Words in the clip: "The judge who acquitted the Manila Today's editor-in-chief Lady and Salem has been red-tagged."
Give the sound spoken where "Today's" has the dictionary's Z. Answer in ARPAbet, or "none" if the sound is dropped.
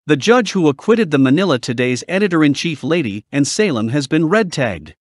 Z